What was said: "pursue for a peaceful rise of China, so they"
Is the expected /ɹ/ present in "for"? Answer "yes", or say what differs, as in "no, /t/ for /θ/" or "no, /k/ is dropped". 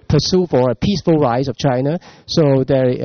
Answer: yes